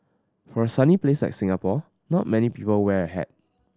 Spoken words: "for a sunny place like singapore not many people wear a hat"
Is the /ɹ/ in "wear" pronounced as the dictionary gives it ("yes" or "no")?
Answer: yes